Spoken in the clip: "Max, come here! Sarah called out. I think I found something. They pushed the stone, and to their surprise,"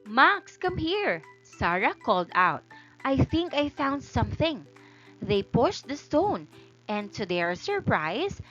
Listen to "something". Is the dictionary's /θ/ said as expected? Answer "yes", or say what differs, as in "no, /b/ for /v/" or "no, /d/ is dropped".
yes